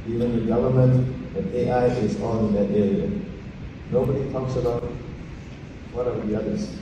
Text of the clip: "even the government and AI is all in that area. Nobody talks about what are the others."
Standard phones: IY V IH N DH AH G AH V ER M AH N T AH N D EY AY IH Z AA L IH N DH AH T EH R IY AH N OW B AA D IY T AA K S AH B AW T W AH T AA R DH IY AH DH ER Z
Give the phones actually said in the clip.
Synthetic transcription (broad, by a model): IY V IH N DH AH G AH V ER M AH N T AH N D EY AY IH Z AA N IH N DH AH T EH R IY AH N OW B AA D IY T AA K S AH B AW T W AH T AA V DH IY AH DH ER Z